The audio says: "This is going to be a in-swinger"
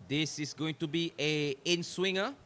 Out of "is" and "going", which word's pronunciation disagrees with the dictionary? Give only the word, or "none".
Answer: is